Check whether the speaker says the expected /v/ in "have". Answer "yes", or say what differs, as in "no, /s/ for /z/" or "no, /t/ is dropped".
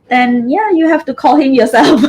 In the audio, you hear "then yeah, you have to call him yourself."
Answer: no, /f/ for /v/